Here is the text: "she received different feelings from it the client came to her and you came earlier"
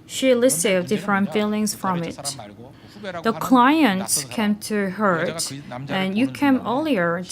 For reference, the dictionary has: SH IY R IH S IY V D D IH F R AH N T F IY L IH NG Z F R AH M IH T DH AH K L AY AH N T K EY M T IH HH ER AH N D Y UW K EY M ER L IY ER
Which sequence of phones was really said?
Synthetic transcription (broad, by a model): SH IY L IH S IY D D IH F R AH N T F IY L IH NG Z F R AH M IH T DH AH K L AY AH N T K EY M T IH HH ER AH N Y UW K EY M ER L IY ER